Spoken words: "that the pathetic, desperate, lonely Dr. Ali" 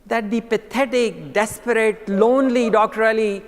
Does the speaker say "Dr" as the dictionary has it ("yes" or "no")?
yes